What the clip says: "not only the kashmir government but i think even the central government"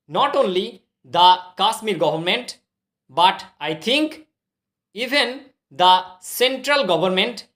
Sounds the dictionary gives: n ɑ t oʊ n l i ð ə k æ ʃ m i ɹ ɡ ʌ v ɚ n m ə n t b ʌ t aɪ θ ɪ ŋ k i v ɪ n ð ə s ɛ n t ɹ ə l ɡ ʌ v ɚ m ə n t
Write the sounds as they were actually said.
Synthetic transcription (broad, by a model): n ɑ t oʊ n l i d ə k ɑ s m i ɹ ɡ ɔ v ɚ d m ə n t b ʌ t aɪ t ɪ ŋ k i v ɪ n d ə s ɛ n t ɹ ə l ɡ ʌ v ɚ m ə n t